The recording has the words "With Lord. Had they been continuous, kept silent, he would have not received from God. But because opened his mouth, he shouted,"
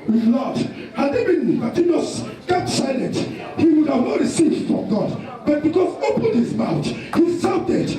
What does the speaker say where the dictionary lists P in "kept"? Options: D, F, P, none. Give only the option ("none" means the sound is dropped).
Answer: none